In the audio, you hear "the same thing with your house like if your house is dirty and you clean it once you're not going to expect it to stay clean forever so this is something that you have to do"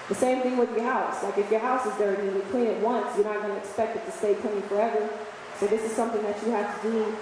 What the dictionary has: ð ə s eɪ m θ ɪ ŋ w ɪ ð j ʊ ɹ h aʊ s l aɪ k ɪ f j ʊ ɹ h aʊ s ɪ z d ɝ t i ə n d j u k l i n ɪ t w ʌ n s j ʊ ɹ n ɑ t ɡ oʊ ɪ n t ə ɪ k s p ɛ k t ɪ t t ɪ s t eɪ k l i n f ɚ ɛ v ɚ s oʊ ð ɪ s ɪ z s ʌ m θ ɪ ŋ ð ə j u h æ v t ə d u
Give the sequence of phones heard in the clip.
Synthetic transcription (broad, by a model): ð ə s eɪ m θ ɪ ŋ w ɪ ð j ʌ ɹ h aʊ s l aɪ k ɪ f j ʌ ɹ h aʊ s ɪ z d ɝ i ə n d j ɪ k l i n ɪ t w ʌ n s j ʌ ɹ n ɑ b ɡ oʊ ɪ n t ɪ k s p ɛ k t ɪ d t ɪ s t eɪ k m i f ɚ ɛ v ɚ s oʊ ð ɪ s ɪ z s ʌ m θ ɪ ŋ ð ə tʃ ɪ h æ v t ə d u